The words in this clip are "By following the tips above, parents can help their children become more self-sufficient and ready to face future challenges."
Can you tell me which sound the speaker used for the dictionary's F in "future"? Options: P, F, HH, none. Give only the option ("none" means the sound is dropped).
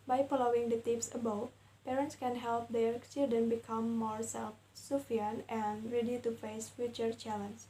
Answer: F